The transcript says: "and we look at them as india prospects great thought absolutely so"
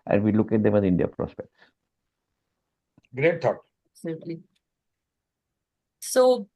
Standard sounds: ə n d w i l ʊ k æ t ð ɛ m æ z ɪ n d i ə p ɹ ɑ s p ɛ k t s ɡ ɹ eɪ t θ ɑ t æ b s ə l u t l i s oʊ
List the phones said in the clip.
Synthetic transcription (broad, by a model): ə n d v i l ʊ k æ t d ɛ m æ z ɪ n d i ə p ɹ ɑ s p ɛ k t s ɡ ɹ eɪ t t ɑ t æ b s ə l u t l i s oʊ